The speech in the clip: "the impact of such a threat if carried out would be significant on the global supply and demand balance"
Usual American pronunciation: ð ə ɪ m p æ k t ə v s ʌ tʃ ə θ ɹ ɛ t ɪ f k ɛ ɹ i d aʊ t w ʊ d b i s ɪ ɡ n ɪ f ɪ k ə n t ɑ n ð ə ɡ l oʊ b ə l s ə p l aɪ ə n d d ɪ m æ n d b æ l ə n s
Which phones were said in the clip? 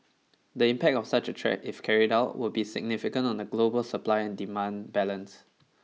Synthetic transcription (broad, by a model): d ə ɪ m p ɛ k t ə f s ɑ tʃ ə t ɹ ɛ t ɪ f k ɛ ɹ i d aʊ t w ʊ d b i s ɪ ɡ n ɪ f ɪ k ə n t ɑ n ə ɡ l oʊ b ə l s ə p l aɪ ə n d d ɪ m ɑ n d b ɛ l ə n s